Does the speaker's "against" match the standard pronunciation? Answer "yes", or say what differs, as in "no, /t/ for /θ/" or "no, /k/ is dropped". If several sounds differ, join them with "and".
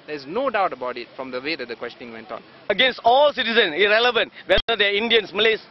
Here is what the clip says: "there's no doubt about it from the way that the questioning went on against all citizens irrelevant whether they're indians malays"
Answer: yes